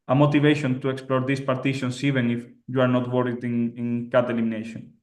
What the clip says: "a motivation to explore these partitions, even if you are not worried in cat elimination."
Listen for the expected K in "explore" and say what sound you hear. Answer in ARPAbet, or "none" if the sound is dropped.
K